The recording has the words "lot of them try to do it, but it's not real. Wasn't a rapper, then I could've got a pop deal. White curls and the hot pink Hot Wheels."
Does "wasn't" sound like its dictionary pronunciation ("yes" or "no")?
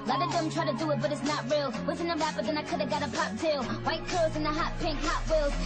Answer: no